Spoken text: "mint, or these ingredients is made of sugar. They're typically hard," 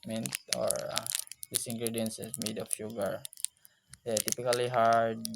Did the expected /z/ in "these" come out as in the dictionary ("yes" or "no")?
no